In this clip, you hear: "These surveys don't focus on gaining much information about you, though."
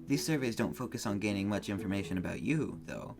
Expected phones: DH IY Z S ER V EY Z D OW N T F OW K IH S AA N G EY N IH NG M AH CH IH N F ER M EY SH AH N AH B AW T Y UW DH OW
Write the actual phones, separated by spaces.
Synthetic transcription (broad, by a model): DH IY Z S ER V EY Z D OW N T F OW K IH S N G EY N IH NG M AH CH IH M F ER M EY SH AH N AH B AW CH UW DH OW